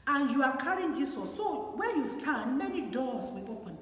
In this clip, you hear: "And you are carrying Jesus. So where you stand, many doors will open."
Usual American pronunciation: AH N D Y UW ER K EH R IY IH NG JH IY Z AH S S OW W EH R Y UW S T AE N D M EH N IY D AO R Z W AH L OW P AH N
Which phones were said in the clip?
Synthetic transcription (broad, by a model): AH N Y UW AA K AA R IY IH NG JH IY S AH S S OW W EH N Y UW S T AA N D M EH N IY D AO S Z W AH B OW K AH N